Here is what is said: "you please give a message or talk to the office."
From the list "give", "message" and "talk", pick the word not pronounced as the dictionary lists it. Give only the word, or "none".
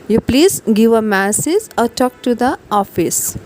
message